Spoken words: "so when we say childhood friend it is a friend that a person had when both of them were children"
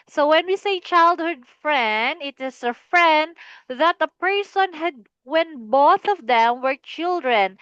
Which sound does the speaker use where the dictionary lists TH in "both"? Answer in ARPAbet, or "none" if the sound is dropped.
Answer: TH